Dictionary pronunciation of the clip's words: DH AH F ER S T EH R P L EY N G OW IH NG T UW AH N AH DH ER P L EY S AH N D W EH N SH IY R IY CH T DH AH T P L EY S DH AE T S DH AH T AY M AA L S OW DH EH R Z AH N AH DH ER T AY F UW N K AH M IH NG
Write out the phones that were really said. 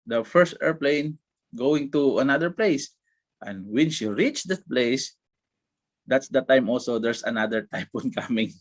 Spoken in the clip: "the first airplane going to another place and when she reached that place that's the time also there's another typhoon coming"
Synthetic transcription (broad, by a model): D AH F ER S T EH R P L EY N G OW IH NG T UW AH N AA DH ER P L EY S AH N D W EH N SH IY R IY CH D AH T P L EY S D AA T S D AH T AY M AA L S OW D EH R S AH N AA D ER T AY P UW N K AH M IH NG